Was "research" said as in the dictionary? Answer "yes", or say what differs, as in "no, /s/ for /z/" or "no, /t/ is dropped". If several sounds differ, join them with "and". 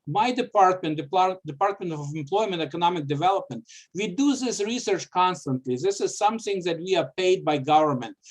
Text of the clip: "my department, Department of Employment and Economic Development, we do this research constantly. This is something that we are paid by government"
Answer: yes